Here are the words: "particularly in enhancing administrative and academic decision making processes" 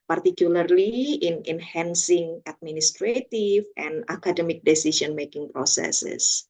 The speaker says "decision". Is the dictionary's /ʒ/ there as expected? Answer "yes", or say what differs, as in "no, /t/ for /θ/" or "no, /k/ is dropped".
no, /s/ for /ʒ/